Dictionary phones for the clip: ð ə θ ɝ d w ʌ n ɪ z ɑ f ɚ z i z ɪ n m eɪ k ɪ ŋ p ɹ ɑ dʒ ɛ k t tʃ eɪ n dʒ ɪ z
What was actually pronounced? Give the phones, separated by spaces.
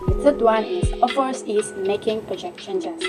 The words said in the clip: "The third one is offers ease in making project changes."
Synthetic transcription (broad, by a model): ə s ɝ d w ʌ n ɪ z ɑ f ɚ s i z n m eɪ k ɪ ŋ p ɹ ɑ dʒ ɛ k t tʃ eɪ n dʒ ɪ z